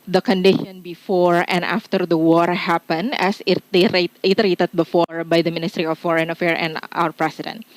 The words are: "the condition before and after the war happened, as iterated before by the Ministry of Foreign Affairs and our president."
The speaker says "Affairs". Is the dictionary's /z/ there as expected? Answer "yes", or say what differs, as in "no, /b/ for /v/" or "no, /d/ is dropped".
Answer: no, /z/ is dropped